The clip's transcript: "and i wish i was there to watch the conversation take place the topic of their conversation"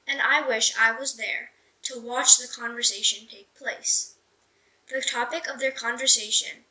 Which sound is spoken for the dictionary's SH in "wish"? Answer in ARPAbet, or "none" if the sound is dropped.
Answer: SH